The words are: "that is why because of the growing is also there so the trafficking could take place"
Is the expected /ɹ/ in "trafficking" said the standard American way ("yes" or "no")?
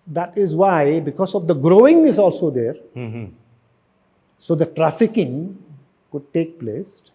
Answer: yes